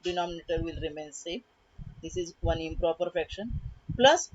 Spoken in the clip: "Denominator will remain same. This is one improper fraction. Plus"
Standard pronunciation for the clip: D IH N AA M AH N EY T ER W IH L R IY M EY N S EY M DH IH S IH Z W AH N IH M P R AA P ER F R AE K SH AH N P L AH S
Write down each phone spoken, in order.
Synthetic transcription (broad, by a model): D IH N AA M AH N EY T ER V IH L R IY M EY N S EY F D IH S IH Z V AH N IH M P R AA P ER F EH K SH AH N P L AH S